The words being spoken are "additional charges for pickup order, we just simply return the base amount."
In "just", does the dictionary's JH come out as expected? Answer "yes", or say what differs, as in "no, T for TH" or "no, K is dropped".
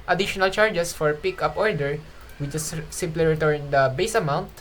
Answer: no, CH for JH